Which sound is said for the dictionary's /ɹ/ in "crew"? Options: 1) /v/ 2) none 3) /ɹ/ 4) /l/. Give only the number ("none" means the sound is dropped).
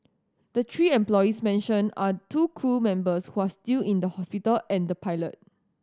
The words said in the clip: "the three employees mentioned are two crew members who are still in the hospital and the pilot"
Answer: 2